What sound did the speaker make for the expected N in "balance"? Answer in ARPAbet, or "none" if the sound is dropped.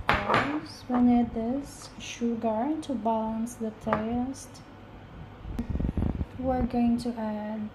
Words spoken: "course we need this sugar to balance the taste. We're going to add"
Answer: N